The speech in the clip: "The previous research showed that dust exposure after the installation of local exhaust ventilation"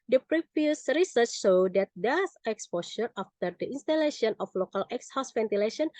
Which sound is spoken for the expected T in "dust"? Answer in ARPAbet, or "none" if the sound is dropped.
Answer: none